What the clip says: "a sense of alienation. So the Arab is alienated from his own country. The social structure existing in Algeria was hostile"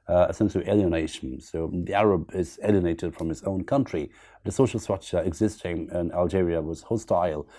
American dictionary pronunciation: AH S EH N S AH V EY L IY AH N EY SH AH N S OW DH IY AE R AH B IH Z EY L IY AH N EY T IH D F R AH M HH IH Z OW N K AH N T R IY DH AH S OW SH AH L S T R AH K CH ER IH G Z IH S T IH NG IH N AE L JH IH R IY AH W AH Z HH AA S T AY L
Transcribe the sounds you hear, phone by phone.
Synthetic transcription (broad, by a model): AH S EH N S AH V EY L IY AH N EY SH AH N S OW DH IY AE R AH B IH Z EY L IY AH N EY T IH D F R AH M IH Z OW N K AH N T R IY DH AH S OW SH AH L S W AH CH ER IH G Z IH S T IH NG IH N AE L JH IH R IY AH W AH Z HH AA S T AY L